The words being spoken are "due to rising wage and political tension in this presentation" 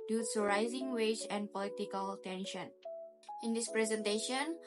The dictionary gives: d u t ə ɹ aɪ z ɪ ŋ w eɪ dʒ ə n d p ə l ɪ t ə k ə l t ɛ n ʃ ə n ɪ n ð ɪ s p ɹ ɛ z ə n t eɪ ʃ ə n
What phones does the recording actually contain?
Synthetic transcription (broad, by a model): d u s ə ɹ aɪ z ɪ ŋ w eɪ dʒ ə n p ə l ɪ t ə k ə l t ɛ n ʃ ə n ɪ n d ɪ s p ɹ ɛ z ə n t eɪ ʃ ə n